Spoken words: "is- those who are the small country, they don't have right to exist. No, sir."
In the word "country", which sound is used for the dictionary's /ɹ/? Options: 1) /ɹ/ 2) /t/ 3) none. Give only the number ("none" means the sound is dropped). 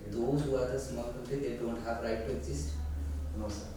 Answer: 3